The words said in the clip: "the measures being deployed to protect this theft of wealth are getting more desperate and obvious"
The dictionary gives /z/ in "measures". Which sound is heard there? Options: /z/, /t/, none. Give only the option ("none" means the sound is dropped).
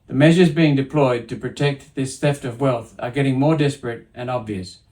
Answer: /z/